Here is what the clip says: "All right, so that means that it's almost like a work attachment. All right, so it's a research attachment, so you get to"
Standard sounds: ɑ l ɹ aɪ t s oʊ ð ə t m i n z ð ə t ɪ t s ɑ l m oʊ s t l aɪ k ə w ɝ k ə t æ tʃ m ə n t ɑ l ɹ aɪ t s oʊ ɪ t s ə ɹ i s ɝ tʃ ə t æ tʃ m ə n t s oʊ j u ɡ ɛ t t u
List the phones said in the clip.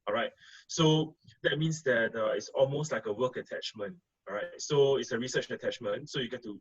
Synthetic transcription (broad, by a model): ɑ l ɹ aɪ t s oʊ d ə t m i n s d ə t ɪ t s ɑ l m oʊ s t l aɪ k ə w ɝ k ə t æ tʃ m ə n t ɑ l ɹ aɪ t s oʊ ɪ t s ə ɹ i s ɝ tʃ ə t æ tʃ m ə n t s oʊ j u ɡ ɛ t t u